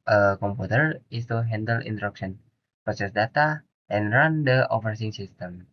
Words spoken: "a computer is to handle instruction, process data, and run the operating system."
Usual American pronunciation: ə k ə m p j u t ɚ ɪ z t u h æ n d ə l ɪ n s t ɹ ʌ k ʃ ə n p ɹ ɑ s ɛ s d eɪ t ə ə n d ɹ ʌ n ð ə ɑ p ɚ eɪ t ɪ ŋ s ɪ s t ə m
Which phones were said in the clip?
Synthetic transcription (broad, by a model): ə k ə m p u t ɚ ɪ s t u h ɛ n d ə l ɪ n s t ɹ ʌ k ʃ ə n p ɹ ɑ s ɛ s d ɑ t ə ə n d ɹ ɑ n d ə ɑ f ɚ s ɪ ŋ s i s t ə m